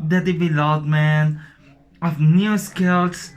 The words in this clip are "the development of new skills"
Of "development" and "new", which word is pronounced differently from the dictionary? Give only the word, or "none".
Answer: development